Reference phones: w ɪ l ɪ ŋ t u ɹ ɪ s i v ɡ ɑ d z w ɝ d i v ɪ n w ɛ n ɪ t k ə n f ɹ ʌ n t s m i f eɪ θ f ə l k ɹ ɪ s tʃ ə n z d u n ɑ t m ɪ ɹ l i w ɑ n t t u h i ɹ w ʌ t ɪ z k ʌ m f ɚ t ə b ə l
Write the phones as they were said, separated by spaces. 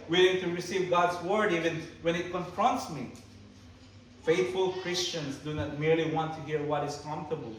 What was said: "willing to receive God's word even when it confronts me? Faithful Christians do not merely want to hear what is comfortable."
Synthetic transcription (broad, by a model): w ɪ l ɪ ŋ t u ɹ ɪ s i v ɡ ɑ d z w ɝ d i v ɪ n w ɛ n ɪ t k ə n f ɹ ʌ n t s m i f eɪ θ f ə l k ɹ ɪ s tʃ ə n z d u n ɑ t m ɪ ɹ l i w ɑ n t t u h i ɹ w ʌ t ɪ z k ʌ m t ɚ b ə l